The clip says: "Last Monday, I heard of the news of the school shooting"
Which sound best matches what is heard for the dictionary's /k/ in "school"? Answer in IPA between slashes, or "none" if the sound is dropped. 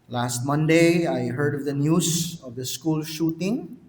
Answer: /k/